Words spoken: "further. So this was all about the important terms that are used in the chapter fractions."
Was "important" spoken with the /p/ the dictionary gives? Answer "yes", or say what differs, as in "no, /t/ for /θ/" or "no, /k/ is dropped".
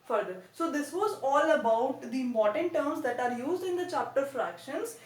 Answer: no, /p/ is dropped